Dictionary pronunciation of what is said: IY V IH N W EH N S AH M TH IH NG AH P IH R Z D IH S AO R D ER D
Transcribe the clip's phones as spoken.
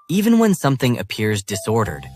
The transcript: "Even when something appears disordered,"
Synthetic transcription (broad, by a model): IY V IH N W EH N S AH M TH IH NG AH P IH R Z D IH S AO R D ER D